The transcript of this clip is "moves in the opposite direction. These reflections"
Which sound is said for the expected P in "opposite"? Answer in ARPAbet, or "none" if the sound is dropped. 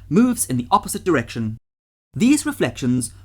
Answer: P